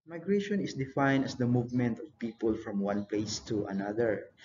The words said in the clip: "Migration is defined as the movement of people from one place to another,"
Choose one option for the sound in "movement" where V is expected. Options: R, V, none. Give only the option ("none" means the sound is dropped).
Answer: V